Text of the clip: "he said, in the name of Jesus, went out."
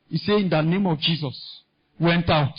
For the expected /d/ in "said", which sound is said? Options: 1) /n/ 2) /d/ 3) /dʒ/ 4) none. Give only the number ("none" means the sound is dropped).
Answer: 4